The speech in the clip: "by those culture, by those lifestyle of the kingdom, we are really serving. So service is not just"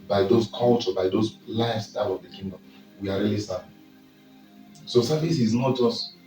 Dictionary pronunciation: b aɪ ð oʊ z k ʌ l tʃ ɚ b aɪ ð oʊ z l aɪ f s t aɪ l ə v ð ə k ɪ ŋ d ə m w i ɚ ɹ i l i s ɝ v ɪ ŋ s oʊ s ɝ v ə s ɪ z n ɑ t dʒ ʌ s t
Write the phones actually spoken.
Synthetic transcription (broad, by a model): b aɪ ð oʊ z k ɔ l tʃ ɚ b aɪ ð oʊ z l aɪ s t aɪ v ə v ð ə k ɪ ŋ d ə m w i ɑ ɹ i l i s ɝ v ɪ s oʊ s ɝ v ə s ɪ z n ɑ t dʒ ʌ s t